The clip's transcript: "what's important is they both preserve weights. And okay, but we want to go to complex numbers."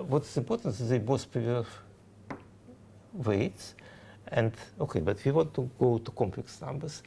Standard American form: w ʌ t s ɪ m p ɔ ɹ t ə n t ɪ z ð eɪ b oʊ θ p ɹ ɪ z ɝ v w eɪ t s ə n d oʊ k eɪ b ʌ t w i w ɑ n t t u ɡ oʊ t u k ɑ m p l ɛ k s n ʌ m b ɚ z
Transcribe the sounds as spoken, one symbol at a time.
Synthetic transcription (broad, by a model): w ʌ t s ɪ m p ɔ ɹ t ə n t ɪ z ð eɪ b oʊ s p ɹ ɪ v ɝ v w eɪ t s ə n d oʊ k eɪ b ʌ t w i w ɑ n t t u ɡ oʊ t u k ɑ m p l ɛ k s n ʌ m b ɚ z